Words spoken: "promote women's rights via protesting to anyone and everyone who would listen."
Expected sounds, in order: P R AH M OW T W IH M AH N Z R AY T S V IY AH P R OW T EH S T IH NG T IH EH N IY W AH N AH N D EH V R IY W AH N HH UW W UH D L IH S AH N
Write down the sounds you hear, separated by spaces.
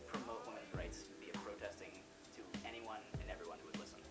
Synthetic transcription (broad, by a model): P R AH M OW T W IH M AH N R AY T S B IY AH P R OW T EH S T IH NG T IH EH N IY W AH N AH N EH V R IY W AH N HH UW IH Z L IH S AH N